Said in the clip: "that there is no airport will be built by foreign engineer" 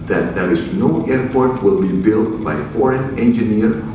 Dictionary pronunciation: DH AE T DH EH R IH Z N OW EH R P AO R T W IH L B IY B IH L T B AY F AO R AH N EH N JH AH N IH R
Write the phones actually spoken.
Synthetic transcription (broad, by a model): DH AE T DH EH R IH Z N OW EH R P AO R T W IH L B IY B IH L T B AY F AO R AH N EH N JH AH N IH R